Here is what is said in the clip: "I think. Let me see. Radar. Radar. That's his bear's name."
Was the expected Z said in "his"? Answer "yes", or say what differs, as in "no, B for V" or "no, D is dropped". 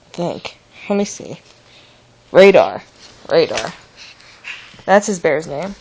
yes